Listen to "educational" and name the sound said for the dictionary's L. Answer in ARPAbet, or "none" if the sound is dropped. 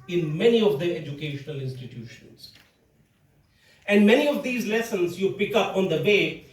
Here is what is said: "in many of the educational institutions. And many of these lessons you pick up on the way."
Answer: L